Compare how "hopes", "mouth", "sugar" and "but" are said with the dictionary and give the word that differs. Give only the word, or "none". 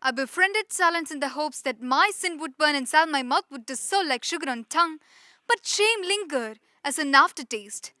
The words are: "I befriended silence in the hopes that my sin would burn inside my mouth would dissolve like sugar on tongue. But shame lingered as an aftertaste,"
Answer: mouth